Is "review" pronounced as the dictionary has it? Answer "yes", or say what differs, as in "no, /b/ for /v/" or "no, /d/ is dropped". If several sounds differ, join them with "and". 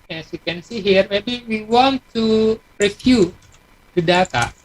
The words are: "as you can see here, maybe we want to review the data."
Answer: no, /f/ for /v/